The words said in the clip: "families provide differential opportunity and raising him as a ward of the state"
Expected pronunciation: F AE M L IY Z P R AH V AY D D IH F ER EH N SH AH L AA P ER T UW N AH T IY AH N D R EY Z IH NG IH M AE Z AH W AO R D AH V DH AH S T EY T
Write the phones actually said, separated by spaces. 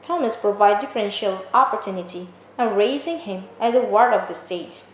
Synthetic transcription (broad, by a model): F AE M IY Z P R AH V AY D D IH F ER EH N SH AH L AA P ER T UW N AH T IY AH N R EY Z IH NG IH M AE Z AH W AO R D AH V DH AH S T EY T